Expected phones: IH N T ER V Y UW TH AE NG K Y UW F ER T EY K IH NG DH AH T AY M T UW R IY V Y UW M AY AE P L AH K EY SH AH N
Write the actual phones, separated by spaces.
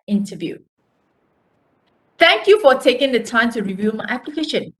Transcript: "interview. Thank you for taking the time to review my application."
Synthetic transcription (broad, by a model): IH N T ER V Y UW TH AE NG K Y UW F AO T EY K IH NG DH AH T AY M T UW R IY V Y UW M AY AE P L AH K EY SH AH N